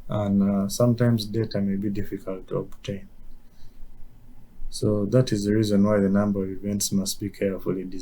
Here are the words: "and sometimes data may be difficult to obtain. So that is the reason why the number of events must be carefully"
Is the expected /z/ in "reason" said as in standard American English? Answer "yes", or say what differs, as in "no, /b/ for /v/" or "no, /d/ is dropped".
yes